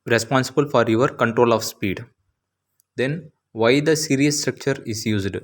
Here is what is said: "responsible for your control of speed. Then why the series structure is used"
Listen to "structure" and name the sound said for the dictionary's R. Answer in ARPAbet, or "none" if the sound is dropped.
R